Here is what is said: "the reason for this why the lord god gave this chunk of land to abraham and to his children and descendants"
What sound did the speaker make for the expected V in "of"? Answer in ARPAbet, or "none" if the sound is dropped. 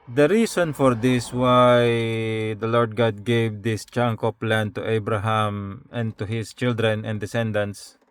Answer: P